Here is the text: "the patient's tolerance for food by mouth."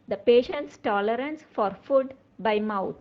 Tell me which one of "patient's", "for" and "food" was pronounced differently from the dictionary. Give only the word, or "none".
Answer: none